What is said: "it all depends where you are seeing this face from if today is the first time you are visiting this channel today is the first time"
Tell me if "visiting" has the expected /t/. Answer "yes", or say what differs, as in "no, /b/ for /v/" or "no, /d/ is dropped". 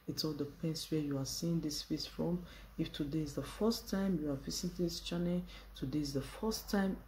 no, /s/ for /t/